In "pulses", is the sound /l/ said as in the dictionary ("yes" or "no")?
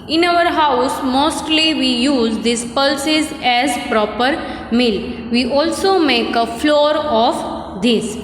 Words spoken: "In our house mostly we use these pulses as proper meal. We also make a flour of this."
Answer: yes